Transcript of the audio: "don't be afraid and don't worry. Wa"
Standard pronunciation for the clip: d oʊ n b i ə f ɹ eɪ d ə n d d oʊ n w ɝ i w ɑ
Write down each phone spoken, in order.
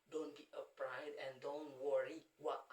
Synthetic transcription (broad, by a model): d oʊ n b i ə p ɹ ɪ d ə n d d oʊ n w ɝ i w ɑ